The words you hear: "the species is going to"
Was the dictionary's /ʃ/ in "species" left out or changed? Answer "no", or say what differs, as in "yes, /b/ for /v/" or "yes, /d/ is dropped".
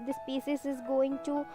yes, /s/ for /ʃ/